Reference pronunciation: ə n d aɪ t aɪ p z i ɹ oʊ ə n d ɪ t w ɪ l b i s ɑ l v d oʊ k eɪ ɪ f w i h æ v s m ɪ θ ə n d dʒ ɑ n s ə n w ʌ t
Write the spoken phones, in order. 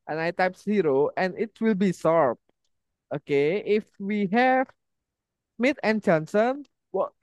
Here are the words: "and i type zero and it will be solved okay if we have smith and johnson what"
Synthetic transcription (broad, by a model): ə n aɪ t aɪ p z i ɹ oʊ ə n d ɪ t w ɪ l b i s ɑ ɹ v oʊ k eɪ ɪ f w i h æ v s m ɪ t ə n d dʒ ɑ n s ə n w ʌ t